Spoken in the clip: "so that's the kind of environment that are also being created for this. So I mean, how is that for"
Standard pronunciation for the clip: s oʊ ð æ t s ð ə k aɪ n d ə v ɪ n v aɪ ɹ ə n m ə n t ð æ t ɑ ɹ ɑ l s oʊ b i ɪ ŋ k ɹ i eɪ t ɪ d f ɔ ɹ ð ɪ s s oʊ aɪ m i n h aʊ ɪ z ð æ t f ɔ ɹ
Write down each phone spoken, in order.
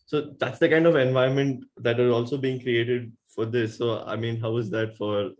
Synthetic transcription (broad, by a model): s oʊ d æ t s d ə k aɪ n d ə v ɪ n v aɪ ə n m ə n t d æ t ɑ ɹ ɑ l s oʊ b i ɪ ŋ k ɹ i eɪ t ɪ d f ɔ ɹ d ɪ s s oʊ aɪ m i n h aʊ ɪ z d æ t f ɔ ɹ